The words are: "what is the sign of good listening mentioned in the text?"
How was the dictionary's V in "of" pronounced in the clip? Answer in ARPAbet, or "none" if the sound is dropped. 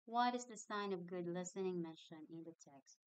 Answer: V